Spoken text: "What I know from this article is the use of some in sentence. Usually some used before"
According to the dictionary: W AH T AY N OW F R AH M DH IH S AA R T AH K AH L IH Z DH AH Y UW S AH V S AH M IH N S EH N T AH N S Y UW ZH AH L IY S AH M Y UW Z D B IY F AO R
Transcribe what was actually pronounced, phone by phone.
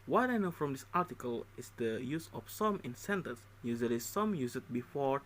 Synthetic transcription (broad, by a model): W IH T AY N OW F R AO M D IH S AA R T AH K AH L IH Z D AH Y UW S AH F S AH M IH N S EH N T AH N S Y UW Z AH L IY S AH M Y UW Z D B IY F AO R